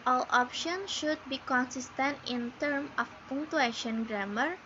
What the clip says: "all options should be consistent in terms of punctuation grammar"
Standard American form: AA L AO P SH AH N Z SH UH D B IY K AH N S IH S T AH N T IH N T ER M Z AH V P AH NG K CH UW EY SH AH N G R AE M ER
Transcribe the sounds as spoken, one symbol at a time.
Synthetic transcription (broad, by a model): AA L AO P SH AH N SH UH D B IY K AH N S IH S T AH N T IH N T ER M AH F P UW NG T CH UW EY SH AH N G R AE M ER